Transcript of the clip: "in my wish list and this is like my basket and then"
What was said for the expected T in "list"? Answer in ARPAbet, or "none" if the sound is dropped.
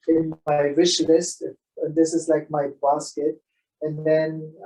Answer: T